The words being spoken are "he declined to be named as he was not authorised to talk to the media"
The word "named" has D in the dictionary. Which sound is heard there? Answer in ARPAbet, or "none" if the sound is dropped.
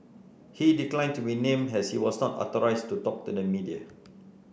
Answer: none